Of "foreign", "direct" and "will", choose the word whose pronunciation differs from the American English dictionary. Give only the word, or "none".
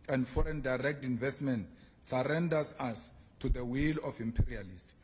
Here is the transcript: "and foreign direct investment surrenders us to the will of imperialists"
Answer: none